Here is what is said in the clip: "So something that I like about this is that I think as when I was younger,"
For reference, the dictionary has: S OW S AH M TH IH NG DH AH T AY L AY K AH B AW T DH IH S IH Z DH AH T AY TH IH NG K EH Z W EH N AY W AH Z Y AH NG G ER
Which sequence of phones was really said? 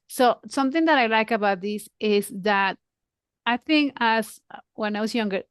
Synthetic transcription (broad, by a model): S OW S AH M TH IH NG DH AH T AY L AY K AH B AW T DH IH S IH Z DH AH T AY TH IH NG K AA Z W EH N AY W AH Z Y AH NG G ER